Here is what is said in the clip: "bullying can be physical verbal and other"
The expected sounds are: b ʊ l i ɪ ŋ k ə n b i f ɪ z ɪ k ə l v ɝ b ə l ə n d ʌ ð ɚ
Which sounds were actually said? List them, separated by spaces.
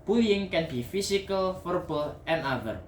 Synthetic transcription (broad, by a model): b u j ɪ ŋ k ə n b i f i s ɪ k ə l f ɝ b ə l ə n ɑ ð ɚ